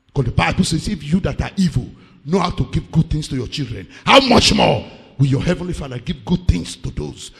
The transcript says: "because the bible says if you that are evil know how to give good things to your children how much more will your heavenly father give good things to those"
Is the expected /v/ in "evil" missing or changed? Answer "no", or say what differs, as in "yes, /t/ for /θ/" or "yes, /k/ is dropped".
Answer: no